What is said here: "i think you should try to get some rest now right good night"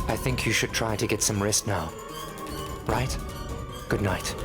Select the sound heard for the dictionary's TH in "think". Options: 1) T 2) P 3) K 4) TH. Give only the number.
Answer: 4